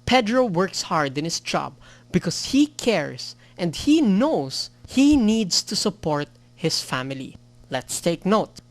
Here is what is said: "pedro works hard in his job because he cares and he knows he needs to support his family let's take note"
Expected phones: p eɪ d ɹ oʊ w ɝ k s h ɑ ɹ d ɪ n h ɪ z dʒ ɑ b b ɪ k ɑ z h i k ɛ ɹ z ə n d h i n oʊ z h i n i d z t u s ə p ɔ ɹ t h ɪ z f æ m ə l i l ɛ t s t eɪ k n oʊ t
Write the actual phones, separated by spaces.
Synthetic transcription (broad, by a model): p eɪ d ɹ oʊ w ɝ k s h ɑ ɹ d ɪ n h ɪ s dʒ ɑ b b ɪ k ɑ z h i k ɛ ɹ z ə n d h i n oʊ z h i n i d s t u s ə p ɔ ɹ t h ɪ s f æ m ə l i l ɛ t s t eɪ k n oʊ t